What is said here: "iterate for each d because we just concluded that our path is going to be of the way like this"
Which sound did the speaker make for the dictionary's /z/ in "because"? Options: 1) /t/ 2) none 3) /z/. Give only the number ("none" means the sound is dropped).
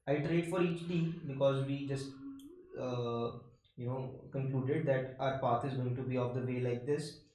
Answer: 3